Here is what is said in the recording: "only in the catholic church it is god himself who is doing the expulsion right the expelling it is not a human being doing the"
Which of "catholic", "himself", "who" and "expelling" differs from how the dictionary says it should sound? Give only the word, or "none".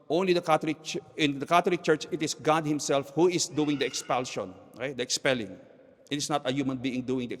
catholic